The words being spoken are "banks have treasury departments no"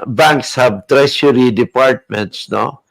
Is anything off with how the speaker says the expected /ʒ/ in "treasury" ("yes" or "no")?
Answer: yes